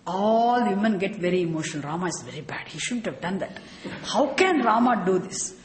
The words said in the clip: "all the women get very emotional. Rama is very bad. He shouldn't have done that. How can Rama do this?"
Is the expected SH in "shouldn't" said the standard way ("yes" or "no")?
yes